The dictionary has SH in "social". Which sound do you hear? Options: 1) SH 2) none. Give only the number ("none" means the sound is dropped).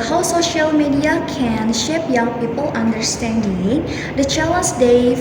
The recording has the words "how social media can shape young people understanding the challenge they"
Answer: 1